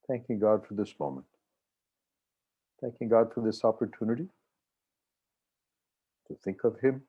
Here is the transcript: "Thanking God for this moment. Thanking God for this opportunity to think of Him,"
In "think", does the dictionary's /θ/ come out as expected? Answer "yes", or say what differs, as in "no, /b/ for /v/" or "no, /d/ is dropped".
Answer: yes